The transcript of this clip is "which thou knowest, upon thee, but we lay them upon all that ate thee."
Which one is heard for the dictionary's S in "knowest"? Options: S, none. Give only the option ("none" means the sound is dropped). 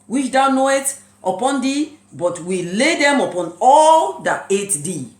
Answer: none